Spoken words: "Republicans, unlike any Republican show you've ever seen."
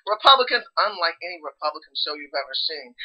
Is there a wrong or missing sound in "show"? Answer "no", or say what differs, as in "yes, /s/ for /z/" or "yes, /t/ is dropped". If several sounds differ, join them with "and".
yes, /s/ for /ʃ/